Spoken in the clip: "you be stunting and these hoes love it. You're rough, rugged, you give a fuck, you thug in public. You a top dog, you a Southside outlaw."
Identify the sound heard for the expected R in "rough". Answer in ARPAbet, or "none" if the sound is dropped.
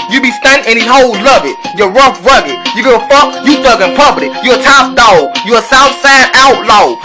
R